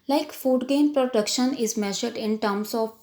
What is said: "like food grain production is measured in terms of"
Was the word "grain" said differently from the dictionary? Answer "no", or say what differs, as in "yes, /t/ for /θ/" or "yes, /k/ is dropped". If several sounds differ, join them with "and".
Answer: yes, /ɹ/ is dropped